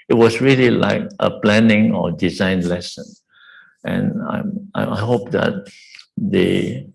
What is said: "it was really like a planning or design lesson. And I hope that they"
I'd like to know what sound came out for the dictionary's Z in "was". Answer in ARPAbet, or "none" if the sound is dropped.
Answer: S